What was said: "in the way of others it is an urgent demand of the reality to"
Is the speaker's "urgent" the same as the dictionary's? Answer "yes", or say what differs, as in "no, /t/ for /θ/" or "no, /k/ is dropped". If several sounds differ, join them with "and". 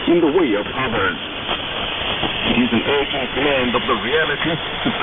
no, /dʒ/ is dropped